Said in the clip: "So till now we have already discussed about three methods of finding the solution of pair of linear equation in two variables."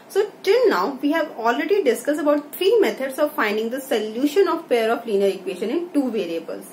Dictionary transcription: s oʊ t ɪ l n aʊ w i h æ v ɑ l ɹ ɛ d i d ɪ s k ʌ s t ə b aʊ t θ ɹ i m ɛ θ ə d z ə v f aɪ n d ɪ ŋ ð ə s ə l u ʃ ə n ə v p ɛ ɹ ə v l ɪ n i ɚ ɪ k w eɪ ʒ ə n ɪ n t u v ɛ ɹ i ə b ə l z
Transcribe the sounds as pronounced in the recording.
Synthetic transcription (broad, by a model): s oʊ t ɪ l n aʊ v i h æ v ɑ l ɹ ɛ d i d ɪ s k ʌ s t ə b aʊ t t ɹ i m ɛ t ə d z ə v f aɪ n d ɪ ŋ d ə s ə l u ʃ ə n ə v p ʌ ɹ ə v l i n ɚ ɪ k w eɪ ʃ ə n ɪ n t u v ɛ ɹ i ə b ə l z